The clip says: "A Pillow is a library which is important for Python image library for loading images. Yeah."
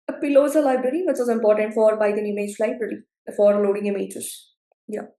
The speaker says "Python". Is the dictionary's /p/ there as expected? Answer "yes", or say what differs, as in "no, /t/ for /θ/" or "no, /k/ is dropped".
no, /b/ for /p/